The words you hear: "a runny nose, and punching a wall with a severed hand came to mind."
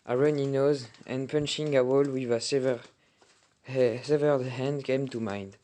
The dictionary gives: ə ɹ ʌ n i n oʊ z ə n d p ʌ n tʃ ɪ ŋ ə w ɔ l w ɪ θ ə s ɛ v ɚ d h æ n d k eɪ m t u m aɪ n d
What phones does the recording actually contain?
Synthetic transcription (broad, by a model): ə ɹ ʌ n i n oʊ z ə n p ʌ n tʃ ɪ ŋ ə w ɔ l w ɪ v ə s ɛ v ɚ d h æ n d k eɪ m t u m aɪ n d